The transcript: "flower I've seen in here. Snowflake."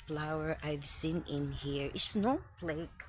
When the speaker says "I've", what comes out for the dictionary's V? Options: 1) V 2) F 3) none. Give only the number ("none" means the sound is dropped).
1